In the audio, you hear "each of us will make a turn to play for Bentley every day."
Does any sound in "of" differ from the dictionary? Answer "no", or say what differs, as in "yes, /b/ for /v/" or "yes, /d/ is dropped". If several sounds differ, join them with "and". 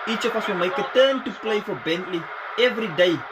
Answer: yes, /f/ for /v/